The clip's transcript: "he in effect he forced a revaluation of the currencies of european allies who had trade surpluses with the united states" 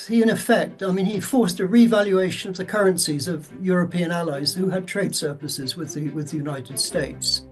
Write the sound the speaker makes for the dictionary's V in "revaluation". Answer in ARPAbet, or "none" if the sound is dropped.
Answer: V